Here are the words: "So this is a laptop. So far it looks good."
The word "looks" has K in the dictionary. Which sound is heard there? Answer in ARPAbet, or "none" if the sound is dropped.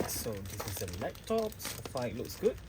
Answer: K